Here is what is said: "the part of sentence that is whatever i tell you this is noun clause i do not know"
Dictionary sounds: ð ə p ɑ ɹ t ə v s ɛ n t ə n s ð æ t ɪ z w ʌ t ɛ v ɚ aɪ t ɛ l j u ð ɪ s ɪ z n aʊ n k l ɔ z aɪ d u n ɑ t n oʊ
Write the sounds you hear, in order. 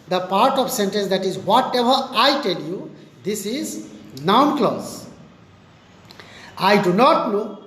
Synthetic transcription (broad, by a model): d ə p ɑ ɹ t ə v s ɛ n t ə n s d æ t ɪ z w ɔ t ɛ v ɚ aɪ t ɛ l j u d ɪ s ɪ z n aʊ n k l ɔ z aɪ d u n ɑ t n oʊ